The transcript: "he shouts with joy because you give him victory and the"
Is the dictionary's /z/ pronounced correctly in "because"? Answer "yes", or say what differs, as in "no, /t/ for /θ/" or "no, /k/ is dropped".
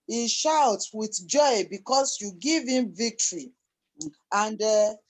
no, /s/ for /z/